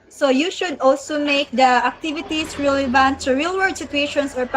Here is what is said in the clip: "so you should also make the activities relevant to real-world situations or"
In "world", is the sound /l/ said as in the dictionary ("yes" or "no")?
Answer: no